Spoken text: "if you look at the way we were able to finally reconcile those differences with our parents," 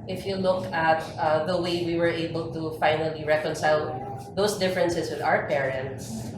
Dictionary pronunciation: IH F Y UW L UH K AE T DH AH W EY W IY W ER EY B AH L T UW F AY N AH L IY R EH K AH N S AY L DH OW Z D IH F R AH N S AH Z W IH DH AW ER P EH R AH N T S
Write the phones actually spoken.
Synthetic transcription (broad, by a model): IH F Y UW L UH K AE T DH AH W EY W IY W ER EY B AH L T UW F AY N AH L IY R EH K AH N S AY L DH OW S D IH F R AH N S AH S W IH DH AW ER P EH R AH N T S